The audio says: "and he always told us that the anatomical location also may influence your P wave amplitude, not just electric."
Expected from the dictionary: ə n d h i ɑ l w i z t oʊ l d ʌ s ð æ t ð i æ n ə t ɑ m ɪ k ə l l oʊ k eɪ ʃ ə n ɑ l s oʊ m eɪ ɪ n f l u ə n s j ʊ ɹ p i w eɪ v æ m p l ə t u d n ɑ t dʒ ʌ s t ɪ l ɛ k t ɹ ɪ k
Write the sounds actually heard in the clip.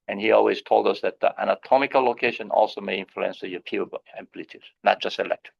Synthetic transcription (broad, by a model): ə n h i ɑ l w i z t oʊ l d ʌ s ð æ t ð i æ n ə t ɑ m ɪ k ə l l oʊ k eɪ ʃ ə n ɑ l s oʊ m eɪ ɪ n f l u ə n s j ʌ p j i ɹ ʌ b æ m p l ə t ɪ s n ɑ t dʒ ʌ s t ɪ l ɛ k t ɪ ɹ